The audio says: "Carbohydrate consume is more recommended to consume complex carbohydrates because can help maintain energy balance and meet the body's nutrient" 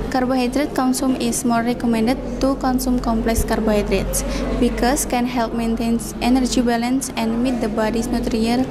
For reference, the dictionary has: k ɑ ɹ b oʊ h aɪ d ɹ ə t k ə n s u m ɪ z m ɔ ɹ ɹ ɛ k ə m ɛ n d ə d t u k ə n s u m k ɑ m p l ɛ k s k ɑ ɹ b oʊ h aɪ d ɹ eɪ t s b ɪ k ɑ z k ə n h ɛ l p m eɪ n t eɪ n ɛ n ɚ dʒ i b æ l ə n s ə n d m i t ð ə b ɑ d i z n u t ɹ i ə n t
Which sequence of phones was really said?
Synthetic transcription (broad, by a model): k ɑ ɹ b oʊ h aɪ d ɹ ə t k ə n s u m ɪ s m ɔ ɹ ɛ k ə m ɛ n d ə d t u k ə n s u m k ɑ m p l ɛ k s k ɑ ɹ b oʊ h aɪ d ɹ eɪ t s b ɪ k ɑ s k ə n h ɛ l p m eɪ n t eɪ n ɛ n ɚ dʒ i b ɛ l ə n s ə n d m i t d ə b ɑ d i s n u t ɹ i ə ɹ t